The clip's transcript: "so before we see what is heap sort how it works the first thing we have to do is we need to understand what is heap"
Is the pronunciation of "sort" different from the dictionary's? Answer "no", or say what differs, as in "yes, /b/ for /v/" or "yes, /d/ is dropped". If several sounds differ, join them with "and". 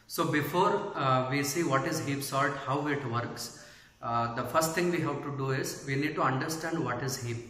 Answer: yes, /l/ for /ɹ/